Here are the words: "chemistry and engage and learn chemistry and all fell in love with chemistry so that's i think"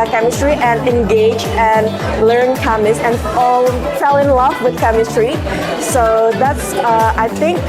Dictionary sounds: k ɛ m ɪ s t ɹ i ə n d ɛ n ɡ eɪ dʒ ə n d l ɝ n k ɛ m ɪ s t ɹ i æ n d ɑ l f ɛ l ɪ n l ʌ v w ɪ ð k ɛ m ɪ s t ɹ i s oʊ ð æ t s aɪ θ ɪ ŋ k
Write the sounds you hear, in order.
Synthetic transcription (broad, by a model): k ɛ m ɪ s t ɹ i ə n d ɛ n ɡ eɪ dʒ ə n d l ɝ n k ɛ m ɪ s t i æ n ɑ l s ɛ l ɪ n l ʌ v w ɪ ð k ɛ m ɪ s t ɹ i s oʊ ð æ t s aɪ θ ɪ ŋ k